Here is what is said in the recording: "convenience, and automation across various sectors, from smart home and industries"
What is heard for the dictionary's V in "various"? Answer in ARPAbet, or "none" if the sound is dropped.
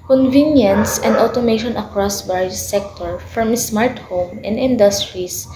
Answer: B